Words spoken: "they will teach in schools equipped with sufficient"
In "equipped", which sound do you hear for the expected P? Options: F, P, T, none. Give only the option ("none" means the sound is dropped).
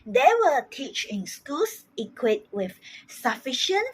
none